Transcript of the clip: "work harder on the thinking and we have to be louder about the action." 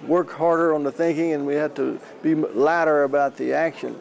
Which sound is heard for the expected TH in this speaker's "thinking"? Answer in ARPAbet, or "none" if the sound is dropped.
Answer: TH